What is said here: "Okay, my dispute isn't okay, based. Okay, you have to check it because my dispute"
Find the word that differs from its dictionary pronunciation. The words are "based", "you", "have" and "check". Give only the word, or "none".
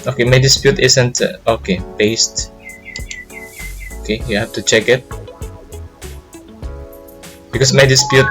have